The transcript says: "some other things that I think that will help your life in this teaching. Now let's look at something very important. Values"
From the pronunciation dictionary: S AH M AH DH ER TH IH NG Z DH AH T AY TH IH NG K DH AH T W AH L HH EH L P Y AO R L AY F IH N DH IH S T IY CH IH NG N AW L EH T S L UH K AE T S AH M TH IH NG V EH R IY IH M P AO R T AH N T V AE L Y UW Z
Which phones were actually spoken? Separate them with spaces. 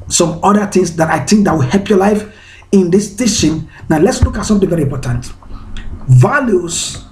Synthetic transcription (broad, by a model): S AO M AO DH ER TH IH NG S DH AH T AY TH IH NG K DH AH T W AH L HH EH L P Y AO L AY F IH N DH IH S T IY SH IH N N AW L EH T S L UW K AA T S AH M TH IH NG V EH R IY M P AO T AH N T V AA L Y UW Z